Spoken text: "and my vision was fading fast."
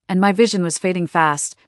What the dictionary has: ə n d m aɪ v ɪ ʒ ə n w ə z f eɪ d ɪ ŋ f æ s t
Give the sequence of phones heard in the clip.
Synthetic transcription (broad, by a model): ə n m aɪ v ɪ ʒ ə n w ə z f eɪ d ɪ ŋ f æ s t